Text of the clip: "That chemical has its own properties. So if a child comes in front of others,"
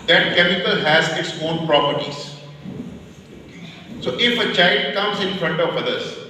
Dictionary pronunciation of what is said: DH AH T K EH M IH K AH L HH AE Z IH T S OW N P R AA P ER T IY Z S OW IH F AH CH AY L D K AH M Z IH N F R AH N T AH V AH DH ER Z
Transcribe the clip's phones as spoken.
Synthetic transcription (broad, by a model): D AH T K EH M IH K AH L HH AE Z IH T S OW N P R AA P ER T IY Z S OW IH F AH CH AY L D K AH M Z IH N F R AH N T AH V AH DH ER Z